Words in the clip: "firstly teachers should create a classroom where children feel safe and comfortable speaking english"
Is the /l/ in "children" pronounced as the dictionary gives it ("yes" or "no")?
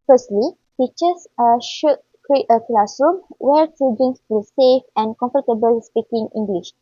no